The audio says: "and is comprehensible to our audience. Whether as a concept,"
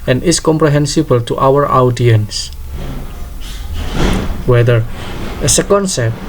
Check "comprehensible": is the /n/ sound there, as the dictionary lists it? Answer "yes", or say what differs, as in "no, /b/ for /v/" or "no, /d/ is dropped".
yes